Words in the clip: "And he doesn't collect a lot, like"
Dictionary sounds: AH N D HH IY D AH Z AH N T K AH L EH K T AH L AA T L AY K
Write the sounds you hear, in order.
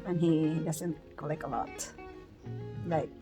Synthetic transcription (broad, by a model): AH N HH IY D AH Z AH N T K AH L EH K AH L AA T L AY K